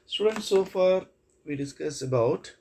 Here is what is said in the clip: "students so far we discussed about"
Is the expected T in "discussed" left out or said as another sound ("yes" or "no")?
yes